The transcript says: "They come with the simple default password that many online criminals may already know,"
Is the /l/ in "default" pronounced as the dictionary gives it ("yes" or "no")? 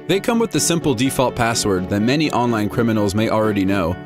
yes